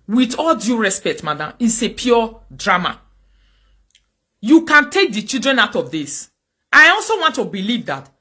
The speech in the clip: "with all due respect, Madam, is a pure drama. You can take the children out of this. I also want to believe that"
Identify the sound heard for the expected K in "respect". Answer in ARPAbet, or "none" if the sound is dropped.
K